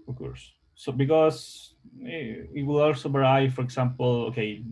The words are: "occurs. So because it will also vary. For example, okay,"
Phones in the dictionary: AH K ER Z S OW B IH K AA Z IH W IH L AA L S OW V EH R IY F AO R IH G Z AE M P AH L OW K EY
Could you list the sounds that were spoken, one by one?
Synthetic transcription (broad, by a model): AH K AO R S OW B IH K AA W IH W IH L AA L S OW B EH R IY F AO R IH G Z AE M P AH L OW K EY